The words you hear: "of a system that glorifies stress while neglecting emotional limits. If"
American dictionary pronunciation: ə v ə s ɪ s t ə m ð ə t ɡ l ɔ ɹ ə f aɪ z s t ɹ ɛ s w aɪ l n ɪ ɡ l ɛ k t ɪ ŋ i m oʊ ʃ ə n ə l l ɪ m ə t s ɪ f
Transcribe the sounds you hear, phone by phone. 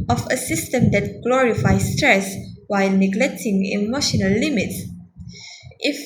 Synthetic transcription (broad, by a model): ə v ə s ɪ s t ə m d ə t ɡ l ɔ ɹ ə f aɪ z s t ɹ ɛ s w aɪ l n ɪ ɡ l ɛ k t ɪ ŋ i m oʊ ʃ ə n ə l l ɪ m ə t s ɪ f